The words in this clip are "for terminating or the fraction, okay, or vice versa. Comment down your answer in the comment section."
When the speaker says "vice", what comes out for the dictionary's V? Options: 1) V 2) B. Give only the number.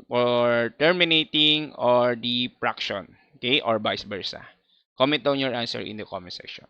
2